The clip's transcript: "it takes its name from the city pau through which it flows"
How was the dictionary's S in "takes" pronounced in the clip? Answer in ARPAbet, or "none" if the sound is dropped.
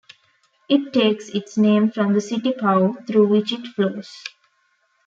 S